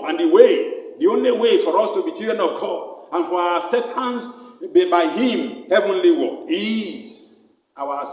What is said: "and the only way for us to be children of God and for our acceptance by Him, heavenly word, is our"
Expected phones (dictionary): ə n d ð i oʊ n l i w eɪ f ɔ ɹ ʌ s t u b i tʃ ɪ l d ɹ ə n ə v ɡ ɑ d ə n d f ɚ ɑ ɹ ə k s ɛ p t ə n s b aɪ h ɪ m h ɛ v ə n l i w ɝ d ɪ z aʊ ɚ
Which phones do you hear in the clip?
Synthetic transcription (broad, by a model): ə n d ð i oʊ n l i w eɪ f ɔ ɹ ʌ s t u b i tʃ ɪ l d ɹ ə n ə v ɡ ɑ d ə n f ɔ ɑ w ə s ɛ t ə n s b aɪ h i m h ɛ v ə n l i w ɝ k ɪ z aʊ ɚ